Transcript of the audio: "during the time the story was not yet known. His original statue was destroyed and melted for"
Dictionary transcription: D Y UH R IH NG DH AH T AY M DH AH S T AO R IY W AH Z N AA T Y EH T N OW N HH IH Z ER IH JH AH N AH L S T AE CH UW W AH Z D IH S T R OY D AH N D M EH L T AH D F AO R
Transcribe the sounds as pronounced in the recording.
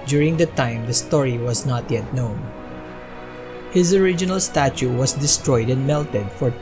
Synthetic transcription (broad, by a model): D Y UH R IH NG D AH T AY M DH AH S T AO R IY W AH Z N AA T Y EH T N OW N HH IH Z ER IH JH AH N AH L S T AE CH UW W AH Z D IH S T R OY D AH N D M EH L T AH D F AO R